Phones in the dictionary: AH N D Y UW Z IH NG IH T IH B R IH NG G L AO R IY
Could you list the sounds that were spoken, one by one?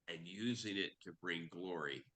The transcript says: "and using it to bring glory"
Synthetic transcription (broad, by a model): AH N Y UW Z IH NG IH T IH B R IH NG G L AO R IY